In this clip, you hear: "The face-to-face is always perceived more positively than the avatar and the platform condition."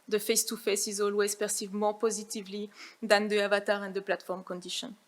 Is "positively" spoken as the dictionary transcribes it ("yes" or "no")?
yes